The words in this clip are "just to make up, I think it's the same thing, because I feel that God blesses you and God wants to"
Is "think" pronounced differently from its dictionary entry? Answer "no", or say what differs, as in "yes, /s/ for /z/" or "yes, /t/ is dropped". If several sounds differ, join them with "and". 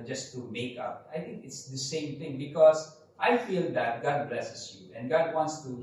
yes, /t/ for /θ/